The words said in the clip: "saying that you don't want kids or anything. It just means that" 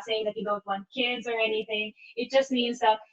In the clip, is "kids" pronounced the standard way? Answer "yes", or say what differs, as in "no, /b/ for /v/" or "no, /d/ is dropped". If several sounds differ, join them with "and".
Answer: yes